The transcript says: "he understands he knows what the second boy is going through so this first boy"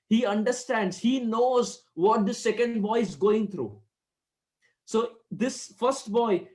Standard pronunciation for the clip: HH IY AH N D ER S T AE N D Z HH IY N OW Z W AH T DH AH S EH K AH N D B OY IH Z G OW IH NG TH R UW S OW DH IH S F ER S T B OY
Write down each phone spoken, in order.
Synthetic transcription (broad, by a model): HH IY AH N D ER S T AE N D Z HH IY N OW Z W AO T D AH S EH K AH N D B OY IH Z G OW IH NG T R UW S OW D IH S F ER S T B OY